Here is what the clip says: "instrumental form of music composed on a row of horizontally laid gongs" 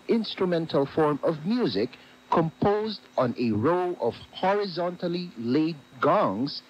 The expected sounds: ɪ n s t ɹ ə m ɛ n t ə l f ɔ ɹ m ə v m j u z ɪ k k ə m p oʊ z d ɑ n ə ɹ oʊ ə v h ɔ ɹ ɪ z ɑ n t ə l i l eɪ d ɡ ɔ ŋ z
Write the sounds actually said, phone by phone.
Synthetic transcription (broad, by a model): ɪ n s t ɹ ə m ɛ n t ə l f ɔ ɹ m ə v m j u z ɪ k k ə m p oʊ z d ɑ n ə ɹ oʊ ə v h ɔ ɹ ɪ z ɑ n t ə l i l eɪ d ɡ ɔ ŋ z